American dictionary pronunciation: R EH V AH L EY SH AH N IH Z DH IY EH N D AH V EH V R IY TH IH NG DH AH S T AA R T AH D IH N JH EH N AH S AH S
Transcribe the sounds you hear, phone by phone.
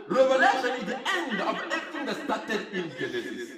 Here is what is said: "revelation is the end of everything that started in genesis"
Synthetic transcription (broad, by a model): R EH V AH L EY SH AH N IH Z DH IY EH N D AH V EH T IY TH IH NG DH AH S T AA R T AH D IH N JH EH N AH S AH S